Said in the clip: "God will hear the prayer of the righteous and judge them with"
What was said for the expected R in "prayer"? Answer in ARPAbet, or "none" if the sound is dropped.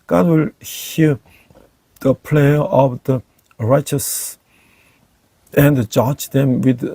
L